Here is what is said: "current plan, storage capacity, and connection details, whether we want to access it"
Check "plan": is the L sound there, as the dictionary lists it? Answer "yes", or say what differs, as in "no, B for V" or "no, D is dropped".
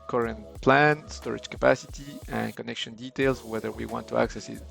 yes